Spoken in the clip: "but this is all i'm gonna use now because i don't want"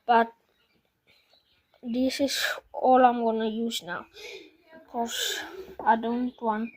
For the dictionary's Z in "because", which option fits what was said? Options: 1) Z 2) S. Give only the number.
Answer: 2